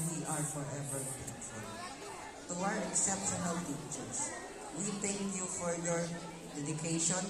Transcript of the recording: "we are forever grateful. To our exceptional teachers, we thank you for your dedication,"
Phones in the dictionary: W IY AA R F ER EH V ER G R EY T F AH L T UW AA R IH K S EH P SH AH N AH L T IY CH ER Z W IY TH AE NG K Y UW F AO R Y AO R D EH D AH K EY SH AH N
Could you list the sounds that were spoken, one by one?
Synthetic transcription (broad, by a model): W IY AA R F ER EH V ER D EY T AH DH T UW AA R IH K S EH P SH AH N AH L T IY CH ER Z W IY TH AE NG K Y UW F AO R Y AO R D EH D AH K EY SH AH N